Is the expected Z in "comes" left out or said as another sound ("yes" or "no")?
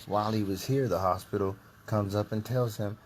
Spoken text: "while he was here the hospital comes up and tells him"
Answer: no